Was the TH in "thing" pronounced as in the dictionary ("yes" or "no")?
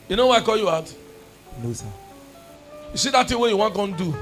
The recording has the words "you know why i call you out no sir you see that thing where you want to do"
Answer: no